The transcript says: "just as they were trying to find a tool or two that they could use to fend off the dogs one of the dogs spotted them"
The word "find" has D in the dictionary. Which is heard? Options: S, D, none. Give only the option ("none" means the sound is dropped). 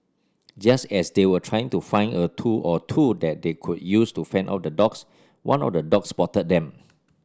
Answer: none